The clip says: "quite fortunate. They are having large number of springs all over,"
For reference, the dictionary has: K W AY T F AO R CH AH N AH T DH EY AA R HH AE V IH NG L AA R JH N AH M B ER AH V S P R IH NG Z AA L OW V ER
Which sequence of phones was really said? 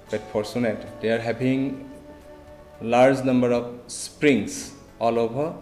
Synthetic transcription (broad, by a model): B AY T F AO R S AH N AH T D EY AA R HH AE B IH NG L AA R JH N AH M B ER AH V S P R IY NG S AA L OW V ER